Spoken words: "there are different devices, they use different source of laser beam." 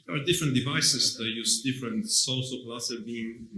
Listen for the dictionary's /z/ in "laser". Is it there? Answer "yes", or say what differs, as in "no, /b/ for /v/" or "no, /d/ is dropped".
no, /s/ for /z/